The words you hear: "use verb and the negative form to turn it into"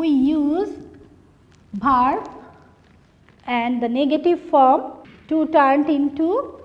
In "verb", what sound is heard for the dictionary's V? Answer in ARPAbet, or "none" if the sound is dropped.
B